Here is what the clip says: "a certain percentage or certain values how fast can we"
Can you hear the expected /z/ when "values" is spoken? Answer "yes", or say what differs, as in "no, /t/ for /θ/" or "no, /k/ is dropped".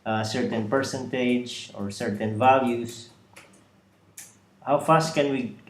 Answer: no, /s/ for /z/